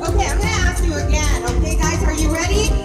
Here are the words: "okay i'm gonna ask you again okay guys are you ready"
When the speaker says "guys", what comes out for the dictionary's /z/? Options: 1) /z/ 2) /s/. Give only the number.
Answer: 1